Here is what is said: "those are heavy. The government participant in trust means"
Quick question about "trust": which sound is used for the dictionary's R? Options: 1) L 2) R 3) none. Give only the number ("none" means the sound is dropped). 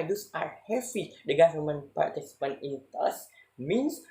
3